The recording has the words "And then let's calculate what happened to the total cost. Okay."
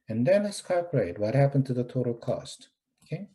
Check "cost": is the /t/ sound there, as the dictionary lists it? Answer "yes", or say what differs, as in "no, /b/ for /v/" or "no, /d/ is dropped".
yes